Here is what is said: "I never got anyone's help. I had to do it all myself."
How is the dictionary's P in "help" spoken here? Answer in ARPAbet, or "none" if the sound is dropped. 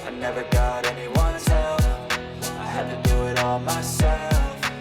F